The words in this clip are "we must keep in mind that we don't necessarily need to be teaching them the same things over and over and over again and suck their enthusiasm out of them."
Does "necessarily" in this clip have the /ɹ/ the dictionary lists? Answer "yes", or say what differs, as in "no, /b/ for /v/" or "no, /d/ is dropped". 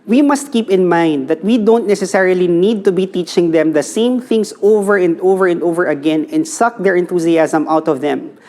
yes